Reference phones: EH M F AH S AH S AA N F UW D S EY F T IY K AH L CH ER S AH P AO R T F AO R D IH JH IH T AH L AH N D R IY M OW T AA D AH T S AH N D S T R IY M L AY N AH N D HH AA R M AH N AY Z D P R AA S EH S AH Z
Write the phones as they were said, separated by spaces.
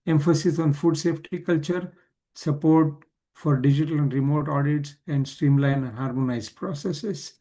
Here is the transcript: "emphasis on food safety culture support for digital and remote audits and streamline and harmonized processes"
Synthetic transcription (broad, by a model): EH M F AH S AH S AA N F UW D S EY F T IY K AH L CH ER S AH P AO R T F AO R D IH JH IH T AH L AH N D R IY M OW T AA D AH T S AH N D S T R IY M L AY AH N HH AA R M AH N AY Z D P R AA S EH S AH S